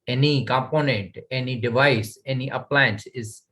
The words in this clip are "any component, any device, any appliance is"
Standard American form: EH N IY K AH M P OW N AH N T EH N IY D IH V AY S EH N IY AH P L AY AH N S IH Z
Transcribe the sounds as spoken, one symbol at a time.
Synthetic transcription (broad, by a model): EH N IY K AH M P OW N AH N T EH N IY D IH V AY S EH N IY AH P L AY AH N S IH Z